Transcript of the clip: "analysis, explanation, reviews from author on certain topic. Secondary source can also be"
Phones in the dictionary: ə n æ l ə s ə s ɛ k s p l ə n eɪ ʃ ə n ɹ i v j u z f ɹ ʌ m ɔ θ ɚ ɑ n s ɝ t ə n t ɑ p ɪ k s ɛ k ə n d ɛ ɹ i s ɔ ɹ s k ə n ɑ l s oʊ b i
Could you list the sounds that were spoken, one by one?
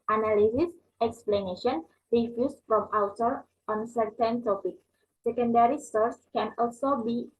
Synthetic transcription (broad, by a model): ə n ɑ l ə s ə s ɛ k s p l ə n eɪ ʃ ə n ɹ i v j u s f ɹ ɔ m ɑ t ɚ ɑ n s ɝ t ə n t ɑ p ɪ k s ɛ k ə n d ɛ ɹ i s ɔ ɹ s k ə n ɑ l s oʊ b i